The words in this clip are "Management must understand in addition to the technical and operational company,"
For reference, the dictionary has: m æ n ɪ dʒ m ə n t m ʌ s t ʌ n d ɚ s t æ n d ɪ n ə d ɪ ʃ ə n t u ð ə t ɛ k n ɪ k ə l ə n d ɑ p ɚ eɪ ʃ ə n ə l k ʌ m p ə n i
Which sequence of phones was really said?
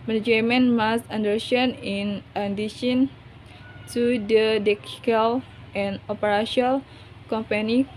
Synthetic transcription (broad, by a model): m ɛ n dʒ m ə n m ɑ s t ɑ n d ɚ s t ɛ n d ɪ n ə d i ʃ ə n t u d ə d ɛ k ɪ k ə l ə n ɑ p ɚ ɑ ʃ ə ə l k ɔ m p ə n i